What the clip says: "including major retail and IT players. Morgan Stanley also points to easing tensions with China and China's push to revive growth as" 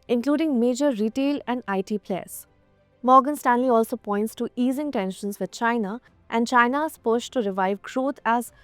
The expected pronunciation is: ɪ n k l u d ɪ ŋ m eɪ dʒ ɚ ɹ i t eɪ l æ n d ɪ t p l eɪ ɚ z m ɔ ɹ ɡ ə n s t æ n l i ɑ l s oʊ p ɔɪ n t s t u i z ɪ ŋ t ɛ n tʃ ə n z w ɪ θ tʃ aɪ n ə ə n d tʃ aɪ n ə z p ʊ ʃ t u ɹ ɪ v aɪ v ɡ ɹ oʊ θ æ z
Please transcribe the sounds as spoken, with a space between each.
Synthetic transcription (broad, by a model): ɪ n k l u d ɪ ŋ m eɪ dʒ ɚ ɹ i t eɪ l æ n d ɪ t p l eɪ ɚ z m ɔ ɹ ɡ ə n s t æ n l i ɑ l s oʊ p ɔɪ n t s t u i z ɪ ŋ t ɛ n ʃ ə n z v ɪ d tʃ aɪ n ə ə n d tʃ aɪ n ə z p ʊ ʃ t u ɹ ɪ v aɪ v ɡ ɹ oʊ t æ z